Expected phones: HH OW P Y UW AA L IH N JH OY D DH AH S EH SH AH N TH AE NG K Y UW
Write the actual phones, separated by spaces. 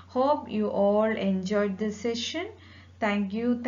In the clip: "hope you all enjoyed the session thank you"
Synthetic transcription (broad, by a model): HH OW P Y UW AA L IH N JH OY D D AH S EH SH AH N T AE NG K Y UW